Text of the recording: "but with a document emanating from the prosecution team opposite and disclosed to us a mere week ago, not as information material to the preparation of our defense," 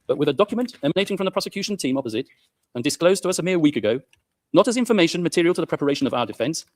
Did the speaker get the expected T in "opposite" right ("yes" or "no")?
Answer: yes